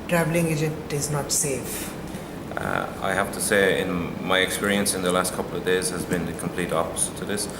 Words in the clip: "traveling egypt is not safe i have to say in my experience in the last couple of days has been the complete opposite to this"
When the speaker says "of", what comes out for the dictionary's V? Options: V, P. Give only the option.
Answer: V